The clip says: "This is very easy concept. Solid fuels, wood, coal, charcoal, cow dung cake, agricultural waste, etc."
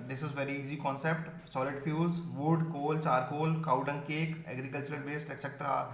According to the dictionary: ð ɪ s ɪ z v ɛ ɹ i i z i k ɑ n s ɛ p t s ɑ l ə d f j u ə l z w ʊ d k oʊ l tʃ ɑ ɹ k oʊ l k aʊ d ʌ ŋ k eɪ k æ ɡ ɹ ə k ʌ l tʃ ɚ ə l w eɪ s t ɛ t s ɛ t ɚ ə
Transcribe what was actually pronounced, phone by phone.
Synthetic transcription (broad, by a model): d ɪ s ɪ z v ɛ ɹ i i z i k ɑ n s ɛ p t s ɑ l ə d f j u l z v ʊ d k oʊ l tʃ ɑ ɹ k oʊ l k aʊ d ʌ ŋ k eɪ k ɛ ɡ ɹ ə k ʌ l tʃ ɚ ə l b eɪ s t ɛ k s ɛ t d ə